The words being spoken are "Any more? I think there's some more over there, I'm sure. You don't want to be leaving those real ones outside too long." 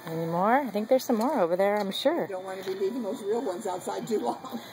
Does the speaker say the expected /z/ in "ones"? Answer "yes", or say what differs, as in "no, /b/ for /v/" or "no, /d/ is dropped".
yes